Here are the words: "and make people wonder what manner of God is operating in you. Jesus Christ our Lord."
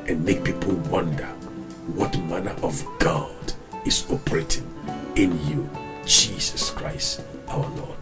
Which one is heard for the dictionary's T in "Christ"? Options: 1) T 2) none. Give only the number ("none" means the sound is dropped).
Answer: 1